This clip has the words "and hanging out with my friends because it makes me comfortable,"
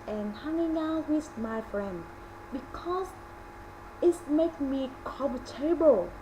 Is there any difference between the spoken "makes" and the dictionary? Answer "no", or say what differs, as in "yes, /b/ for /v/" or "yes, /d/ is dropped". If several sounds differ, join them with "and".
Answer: yes, /s/ is dropped